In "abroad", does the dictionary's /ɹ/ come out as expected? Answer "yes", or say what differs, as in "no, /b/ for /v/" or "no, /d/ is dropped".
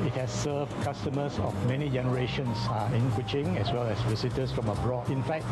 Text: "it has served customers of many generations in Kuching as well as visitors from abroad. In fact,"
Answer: yes